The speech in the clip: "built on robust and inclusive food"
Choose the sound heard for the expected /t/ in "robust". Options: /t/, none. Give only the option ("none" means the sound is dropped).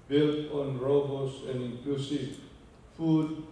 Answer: none